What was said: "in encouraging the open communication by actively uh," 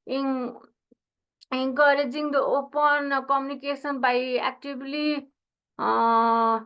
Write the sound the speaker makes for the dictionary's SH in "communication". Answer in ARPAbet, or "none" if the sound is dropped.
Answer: S